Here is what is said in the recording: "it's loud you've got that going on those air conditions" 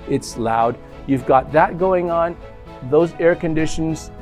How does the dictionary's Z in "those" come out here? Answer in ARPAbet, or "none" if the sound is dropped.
Z